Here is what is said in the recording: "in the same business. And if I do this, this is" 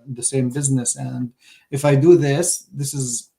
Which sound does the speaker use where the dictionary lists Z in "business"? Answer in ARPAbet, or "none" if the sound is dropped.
Z